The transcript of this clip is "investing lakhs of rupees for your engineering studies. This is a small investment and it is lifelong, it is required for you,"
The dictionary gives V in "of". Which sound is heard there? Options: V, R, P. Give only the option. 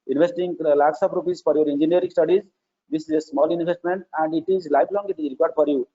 P